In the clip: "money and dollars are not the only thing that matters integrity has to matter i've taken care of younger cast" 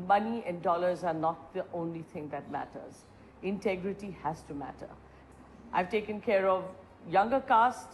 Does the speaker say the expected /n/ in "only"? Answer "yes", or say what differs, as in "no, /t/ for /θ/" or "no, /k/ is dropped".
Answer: yes